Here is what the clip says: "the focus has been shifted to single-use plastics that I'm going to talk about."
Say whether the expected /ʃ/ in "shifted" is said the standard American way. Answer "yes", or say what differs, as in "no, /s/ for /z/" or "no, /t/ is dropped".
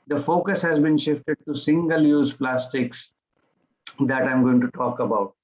yes